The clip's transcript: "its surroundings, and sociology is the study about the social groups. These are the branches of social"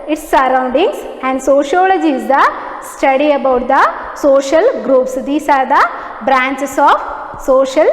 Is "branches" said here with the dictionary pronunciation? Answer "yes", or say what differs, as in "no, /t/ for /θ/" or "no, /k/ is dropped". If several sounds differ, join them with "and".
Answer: no, /s/ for /z/